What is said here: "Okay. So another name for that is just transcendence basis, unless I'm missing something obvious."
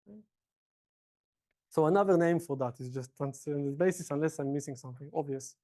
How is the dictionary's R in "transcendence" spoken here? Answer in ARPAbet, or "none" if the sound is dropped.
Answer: none